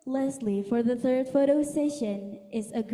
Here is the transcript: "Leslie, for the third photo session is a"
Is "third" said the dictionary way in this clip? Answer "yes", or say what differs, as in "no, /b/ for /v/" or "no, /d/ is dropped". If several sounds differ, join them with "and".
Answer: yes